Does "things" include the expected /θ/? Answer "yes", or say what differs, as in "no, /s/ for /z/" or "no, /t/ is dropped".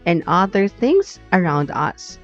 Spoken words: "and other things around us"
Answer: yes